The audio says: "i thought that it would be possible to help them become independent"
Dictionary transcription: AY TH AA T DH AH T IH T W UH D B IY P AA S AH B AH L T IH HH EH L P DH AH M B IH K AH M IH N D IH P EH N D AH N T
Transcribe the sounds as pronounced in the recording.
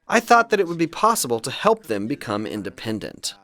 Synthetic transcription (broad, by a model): AY TH AA T DH AH T IH T W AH D B IY P AA S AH B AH L T IH HH EH L P DH AH M B IH K AH M IH N D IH P EH N D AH N T